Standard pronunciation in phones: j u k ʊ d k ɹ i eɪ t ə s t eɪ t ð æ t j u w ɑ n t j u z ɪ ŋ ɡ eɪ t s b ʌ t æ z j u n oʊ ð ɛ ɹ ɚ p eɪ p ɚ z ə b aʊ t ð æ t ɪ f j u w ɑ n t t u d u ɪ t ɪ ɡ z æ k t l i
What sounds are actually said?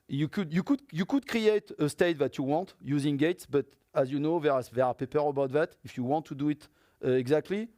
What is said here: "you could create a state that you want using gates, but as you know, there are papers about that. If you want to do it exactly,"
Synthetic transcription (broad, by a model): j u k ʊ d k ɹ i eɪ t ə s t eɪ t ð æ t j u w ɑ n t j u z ɪ ŋ ɡ eɪ t s b ʌ t æ z j u n oʊ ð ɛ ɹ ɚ p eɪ p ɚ ə b aʊ t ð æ t ɪ f j u w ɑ n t t u d u ɪ t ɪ ɡ z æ k t l i